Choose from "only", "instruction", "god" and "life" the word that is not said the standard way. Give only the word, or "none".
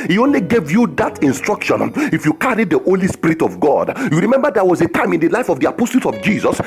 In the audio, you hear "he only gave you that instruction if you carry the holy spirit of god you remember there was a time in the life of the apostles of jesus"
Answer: none